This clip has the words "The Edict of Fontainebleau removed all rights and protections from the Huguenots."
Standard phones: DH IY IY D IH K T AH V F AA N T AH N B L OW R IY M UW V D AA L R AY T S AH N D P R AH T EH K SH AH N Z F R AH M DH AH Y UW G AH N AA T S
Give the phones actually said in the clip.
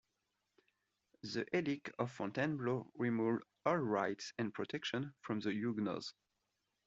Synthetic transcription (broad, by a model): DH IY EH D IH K AH V F AA N T AH N B L OW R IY M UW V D AA L R AY T S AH N P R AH T EH K SH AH N F R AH M DH AH Y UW G N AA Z